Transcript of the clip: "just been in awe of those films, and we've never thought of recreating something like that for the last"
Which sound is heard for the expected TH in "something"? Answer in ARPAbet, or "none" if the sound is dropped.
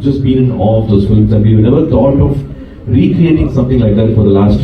T